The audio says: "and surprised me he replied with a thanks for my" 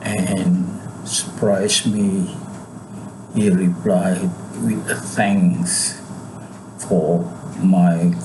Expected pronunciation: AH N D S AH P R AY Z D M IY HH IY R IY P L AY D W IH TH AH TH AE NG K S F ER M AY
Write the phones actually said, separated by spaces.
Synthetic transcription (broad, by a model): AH N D S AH P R AY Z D M IY HH IY R IY P L AY D W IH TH AH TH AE NG S F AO M AY